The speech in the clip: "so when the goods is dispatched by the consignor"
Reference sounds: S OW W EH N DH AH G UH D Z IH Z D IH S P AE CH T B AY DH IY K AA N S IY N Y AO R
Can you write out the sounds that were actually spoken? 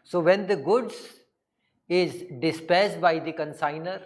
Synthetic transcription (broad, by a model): S OW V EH N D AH G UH D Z IH Z D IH S P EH S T B AY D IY K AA N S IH N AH R